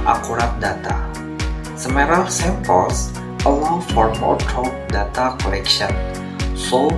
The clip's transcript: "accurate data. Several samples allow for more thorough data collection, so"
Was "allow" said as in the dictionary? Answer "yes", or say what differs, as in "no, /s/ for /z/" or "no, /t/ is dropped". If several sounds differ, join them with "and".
no, /w/ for /l/